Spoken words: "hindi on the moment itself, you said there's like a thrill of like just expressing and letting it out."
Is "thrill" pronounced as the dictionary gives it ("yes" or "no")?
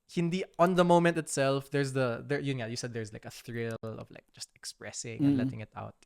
yes